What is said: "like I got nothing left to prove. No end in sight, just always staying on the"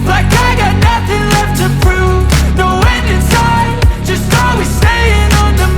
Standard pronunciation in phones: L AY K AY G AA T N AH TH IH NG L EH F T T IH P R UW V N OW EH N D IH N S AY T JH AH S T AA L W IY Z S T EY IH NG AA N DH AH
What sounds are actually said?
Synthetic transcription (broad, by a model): L AY K AY G AA T N AH TH IH NG L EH F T T IH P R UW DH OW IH N D IH N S AY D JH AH S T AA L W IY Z S EY IH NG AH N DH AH